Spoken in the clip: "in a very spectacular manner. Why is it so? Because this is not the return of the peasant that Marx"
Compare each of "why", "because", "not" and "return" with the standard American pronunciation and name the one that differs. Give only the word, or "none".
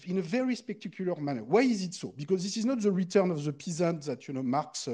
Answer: none